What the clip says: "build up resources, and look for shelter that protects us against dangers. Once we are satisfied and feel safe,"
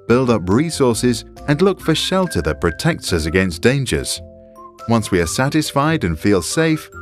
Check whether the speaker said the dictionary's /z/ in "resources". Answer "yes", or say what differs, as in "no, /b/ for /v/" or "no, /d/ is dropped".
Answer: yes